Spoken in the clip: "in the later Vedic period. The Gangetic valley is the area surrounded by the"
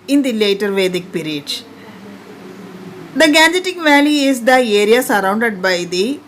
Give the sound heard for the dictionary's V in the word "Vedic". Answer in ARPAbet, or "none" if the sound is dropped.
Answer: V